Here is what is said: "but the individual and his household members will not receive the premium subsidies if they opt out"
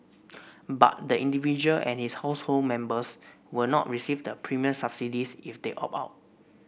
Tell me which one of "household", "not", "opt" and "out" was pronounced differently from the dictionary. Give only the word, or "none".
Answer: opt